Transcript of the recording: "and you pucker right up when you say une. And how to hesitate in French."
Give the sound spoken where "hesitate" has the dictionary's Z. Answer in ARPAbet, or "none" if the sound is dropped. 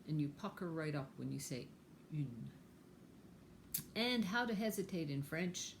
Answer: Z